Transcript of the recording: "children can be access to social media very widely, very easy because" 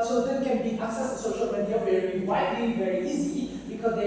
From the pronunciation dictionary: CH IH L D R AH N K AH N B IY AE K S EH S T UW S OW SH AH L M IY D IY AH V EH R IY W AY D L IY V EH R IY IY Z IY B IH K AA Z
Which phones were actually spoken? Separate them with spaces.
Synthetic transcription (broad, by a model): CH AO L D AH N K AH N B IY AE K S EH S T UW S OW SH AH L M IY D IY AH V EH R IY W AY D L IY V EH R IY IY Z IY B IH K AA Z